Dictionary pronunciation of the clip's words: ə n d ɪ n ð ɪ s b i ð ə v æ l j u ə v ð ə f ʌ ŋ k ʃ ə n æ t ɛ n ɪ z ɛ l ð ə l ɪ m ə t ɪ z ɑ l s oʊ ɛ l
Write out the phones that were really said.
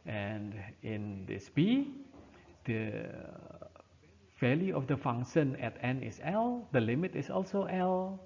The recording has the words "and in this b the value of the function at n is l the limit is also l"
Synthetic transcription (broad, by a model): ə n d ɪ n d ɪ s b i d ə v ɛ l j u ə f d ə f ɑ ŋ ʃ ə n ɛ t ɛ n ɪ s ɛ l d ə l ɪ m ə t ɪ s ɑ l s oʊ ɛ l